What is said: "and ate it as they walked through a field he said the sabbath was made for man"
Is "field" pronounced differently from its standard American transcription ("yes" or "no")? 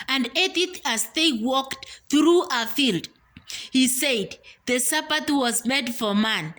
no